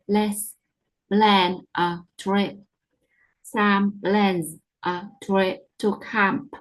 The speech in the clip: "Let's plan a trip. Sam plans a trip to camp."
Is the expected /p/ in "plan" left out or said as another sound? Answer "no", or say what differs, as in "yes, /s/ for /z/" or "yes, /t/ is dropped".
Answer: yes, /b/ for /p/